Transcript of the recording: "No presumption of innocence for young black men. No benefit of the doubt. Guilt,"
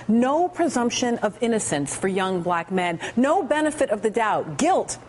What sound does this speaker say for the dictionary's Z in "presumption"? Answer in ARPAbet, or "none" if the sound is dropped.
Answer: Z